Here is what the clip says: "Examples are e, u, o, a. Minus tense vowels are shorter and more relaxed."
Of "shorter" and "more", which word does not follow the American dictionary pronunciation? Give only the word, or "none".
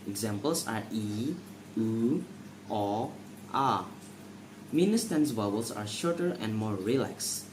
none